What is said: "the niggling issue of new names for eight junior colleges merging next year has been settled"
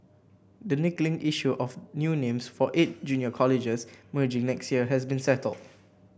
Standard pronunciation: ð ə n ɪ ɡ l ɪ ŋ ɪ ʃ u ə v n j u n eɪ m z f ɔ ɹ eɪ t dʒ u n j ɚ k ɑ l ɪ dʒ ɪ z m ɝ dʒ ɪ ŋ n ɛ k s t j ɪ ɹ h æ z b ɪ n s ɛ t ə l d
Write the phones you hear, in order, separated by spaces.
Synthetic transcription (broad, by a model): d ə n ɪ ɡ l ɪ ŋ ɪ ʃ u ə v n j u n eɪ m s f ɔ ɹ eɪ t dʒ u n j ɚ k ɑ l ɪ dʒ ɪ s m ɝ dʒ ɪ ŋ n ɛ k s t j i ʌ h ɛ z b ɪ n s ɛ t ə l d